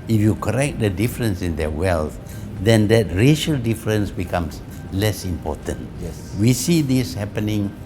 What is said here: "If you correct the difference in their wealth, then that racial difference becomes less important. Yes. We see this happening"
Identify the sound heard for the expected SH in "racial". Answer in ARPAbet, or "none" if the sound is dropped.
SH